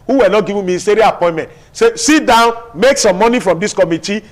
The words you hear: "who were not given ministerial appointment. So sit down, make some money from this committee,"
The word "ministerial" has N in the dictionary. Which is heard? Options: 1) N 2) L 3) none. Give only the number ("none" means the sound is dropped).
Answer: 3